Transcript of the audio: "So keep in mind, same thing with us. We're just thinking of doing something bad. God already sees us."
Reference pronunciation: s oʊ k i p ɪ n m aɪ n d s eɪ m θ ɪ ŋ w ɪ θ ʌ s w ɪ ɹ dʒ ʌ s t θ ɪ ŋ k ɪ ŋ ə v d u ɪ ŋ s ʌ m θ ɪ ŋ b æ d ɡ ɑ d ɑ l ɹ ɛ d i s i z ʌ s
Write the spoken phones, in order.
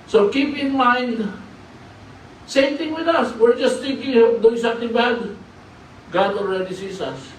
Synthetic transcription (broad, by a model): s oʊ k i p ɪ n m aɪ n d s eɪ m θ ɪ ŋ w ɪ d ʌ s w ɪ ɹ dʒ ʌ s t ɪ k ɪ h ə p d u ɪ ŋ s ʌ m t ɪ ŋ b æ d ɡ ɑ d ɑ l ɹ ɛ d i s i s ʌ s